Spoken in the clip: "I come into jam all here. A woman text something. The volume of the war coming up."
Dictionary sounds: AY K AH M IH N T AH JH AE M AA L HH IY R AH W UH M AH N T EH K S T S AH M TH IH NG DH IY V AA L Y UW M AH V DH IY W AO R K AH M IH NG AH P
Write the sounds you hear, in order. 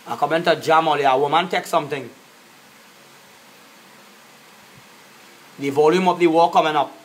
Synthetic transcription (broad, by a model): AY K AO M IH N T AH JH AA M AA L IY AH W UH M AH N T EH K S S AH M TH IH NG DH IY V AA L Y UW M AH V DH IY W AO K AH M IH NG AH P